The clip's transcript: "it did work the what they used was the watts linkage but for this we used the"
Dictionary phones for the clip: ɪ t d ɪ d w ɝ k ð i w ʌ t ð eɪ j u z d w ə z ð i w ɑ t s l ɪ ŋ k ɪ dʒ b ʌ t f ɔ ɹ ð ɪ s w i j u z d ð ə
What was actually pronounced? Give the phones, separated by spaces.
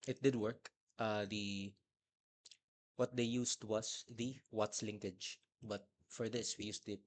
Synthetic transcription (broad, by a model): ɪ t d ɪ d w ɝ k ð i w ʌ t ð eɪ j u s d w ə s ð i w ɑ t s l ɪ ŋ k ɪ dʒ b ʌ t f ɔ ɹ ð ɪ s w i j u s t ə